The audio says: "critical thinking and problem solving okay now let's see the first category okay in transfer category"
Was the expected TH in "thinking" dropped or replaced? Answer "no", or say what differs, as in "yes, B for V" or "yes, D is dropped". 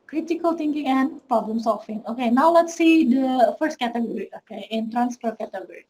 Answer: yes, T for TH